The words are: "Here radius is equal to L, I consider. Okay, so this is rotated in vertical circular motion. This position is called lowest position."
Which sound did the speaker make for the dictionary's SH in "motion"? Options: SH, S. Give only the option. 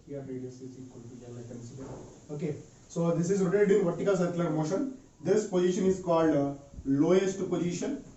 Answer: SH